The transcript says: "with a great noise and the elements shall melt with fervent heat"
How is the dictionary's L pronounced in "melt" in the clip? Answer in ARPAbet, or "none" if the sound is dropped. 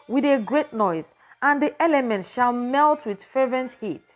L